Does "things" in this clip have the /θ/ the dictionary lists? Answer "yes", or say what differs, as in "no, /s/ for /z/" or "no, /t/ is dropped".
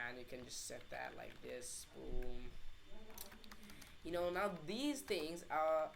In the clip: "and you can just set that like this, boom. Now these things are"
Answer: yes